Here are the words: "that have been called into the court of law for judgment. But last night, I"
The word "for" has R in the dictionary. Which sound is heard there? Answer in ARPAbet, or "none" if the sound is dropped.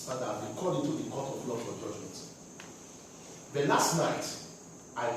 L